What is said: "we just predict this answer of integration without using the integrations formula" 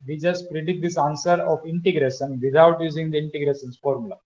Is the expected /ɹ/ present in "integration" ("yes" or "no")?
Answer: yes